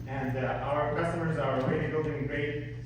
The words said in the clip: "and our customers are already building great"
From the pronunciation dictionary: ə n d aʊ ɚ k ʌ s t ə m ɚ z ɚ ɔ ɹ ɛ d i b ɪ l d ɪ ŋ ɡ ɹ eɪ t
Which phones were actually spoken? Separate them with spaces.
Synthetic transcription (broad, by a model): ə n d aʊ ɚ k ʌ s t ə m ɚ z ɚ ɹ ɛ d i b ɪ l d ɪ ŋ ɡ ɹ eɪ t